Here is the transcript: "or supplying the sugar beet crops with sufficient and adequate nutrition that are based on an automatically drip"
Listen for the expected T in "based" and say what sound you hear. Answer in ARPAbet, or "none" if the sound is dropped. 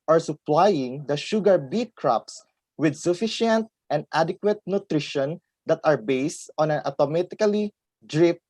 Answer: T